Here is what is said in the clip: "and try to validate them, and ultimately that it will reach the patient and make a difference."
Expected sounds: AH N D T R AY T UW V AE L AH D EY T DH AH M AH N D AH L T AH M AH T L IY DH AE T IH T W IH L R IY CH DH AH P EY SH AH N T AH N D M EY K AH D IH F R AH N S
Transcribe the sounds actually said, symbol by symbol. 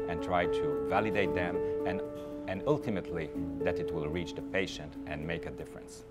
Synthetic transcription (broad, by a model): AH N T R AY T UW V AE L AH D EY T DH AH M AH N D AH L T AH M AH T L IY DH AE T IH T W IH L R IY CH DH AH P EY SH AH N T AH N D M EY K AH D IH F R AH N S